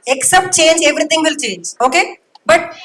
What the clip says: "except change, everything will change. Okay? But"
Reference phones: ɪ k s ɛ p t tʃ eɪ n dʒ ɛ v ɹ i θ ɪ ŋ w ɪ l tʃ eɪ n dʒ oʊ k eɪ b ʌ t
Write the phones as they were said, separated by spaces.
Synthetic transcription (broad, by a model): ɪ k s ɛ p t tʃ eɪ n dʒ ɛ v ɹ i t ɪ ŋ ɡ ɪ l tʃ eɪ n dʒ oʊ k eɪ b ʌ t